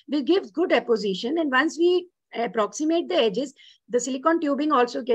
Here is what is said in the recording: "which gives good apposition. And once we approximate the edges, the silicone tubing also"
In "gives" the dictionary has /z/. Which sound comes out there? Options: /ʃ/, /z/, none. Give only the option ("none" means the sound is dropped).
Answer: none